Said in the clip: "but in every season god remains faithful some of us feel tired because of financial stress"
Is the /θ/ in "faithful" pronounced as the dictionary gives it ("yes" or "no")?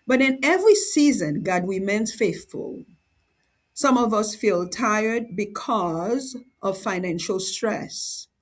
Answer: yes